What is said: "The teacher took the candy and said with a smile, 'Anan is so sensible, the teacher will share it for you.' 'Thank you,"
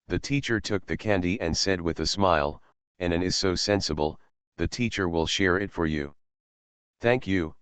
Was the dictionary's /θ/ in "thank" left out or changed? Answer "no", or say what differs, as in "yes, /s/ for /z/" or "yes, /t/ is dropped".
no